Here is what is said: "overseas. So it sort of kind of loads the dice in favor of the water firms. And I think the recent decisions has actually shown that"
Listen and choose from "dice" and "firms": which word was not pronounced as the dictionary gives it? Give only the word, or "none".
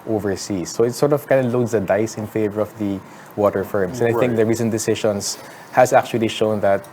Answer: firms